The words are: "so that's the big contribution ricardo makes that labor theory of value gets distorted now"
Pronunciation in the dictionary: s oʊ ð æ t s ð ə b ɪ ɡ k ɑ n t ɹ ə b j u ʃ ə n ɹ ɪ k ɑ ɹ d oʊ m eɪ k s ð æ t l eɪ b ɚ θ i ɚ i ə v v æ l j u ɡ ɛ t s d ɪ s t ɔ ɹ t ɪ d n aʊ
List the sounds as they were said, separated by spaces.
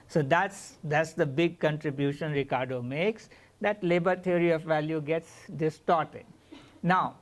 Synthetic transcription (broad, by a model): s oʊ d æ t s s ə b ɪ ɡ k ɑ n t ɹ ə b j u ʃ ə n ɹ ɪ k ɑ ɹ d oʊ m eɪ k s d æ t l eɪ b ɚ t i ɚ i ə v v æ l j u ɡ ɛ t s d ɪ s t ɔ ɹ t ɪ d n aʊ